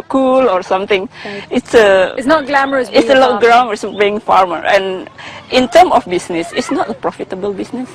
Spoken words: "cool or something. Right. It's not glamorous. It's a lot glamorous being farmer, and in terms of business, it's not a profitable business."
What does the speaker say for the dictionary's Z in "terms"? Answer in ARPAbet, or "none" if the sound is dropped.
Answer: none